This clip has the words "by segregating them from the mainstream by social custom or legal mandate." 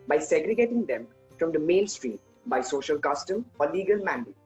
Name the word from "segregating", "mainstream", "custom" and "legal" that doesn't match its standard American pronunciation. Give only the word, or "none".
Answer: mainstream